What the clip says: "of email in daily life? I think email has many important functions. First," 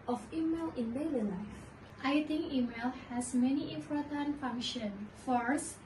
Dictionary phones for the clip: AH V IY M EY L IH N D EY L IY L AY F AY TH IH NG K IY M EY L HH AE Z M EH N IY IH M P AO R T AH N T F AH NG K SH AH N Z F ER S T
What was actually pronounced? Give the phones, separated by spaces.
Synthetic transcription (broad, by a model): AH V IY M EY L IH N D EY L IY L AY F AY T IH NG K IY M EY L HH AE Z M EH N IY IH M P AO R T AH N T F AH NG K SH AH N F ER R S